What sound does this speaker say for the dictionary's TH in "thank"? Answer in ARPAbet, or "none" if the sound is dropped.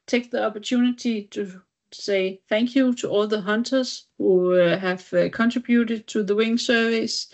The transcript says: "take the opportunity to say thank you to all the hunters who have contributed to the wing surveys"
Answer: TH